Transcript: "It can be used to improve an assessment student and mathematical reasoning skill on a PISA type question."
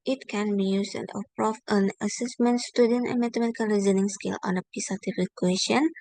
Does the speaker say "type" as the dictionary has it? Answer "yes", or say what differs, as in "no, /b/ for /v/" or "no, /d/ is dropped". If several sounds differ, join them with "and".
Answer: no, /f/ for /p/